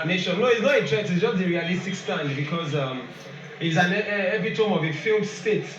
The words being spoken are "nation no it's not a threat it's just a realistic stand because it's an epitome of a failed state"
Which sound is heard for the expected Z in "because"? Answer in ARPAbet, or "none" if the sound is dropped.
Z